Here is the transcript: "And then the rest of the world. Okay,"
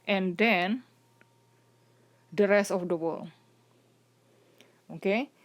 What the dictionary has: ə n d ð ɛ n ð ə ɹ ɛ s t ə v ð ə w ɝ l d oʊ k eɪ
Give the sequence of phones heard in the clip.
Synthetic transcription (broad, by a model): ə n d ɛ n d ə ɹ ɛ s t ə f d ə w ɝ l oʊ k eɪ